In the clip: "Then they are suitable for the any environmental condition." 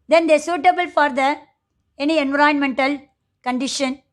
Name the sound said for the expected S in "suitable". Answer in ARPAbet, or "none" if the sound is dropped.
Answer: S